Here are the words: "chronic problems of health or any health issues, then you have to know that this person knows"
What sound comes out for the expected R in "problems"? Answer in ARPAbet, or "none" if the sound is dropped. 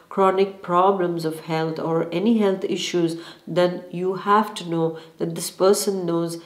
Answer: R